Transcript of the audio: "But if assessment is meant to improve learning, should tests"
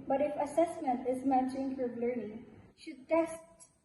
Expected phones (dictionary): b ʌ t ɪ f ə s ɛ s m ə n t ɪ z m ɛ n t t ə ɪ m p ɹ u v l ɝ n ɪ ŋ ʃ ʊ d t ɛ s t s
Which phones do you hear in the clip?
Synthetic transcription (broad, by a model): b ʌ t ɪ f ə s ɛ s m ə n t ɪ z m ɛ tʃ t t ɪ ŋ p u b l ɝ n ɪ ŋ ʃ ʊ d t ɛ s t